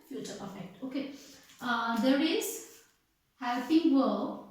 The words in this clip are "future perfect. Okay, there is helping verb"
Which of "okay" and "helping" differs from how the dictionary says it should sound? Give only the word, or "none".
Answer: helping